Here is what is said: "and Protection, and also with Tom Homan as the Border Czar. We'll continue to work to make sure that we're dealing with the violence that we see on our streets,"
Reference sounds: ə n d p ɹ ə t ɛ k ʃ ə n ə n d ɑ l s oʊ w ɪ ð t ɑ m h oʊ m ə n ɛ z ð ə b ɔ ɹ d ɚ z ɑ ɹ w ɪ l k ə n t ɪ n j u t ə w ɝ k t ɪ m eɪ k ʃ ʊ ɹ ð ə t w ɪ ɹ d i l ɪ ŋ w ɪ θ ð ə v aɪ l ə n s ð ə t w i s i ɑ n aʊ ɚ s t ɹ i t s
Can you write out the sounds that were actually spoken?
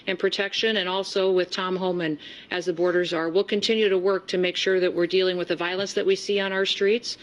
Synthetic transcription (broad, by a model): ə n p ɹ ə t ɛ k ʃ ə n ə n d ɑ l s oʊ w ɪ ð t ɑ m h oʊ m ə n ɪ z ð ə b ɔ ɹ d ɚ z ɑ ɹ w ɪ l k ə n t ɪ n j u t ə w ɝ k t ɪ m eɪ k ʃ ʊ ɹ ð ə t w ɪ ɹ d i l ɪ ŋ w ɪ ð ə v aɪ l ə n s ð ə t w i s i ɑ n aʊ ɚ s t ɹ i t s